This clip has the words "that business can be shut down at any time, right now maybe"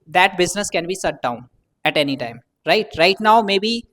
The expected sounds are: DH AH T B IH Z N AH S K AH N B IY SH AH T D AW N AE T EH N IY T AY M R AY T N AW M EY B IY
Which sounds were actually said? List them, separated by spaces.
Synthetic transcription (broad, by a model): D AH T B IH Z N AH S K AH N B IY S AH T D AW N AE T EH N IY T AY M R AY T N AW M EY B IY